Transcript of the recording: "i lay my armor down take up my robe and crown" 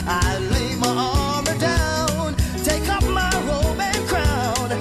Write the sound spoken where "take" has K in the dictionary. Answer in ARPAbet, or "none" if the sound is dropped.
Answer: K